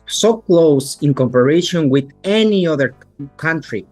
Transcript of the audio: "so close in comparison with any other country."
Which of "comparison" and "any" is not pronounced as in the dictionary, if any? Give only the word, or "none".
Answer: comparison